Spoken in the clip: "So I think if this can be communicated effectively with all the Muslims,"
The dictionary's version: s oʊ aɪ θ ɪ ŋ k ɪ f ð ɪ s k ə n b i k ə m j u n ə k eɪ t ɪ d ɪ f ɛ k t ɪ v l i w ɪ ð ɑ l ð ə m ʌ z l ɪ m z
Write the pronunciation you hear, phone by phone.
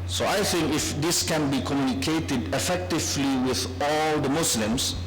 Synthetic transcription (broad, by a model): s oʊ aɪ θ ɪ ŋ k ɪ f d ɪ s k ə n b i k ə m j u n ə k eɪ t ɪ d ɪ f ɛ k t ɪ v l i w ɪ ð ɑ l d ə m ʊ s l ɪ m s